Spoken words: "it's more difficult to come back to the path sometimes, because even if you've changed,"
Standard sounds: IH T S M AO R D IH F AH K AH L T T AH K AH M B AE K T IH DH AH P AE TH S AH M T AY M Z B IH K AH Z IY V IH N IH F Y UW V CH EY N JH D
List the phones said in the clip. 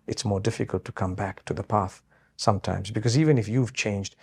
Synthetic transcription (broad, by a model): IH T S M AO R D IH F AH K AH L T T AH K AH M B AE K T IH DH AH P AE TH S AH M T AY M Z B IH K AH Z IY V IH N IH F Y UW V CH EY N JH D